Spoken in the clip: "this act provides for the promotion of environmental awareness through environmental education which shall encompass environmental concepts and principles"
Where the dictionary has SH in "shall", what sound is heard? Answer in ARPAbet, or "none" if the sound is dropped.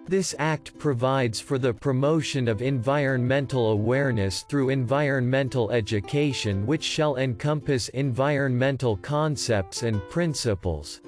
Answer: SH